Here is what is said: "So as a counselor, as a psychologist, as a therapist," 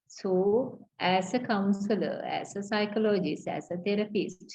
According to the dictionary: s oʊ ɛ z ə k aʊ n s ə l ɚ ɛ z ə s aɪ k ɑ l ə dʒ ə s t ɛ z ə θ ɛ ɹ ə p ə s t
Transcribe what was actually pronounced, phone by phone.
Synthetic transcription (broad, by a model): s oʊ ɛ s ə k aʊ n s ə l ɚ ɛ s ə s aɪ k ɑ l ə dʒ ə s ɛ s ə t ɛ ɹ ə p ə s